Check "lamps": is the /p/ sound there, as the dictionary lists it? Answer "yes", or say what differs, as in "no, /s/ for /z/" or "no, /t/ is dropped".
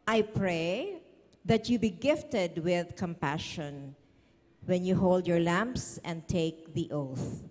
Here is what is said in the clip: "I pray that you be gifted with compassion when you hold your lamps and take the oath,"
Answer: yes